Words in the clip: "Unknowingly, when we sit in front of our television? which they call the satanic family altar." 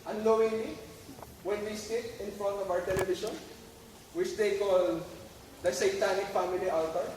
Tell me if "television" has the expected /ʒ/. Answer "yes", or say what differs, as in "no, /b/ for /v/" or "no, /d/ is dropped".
no, /ʃ/ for /ʒ/